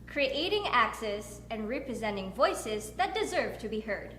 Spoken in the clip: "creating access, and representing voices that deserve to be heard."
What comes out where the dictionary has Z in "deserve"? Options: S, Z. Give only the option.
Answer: Z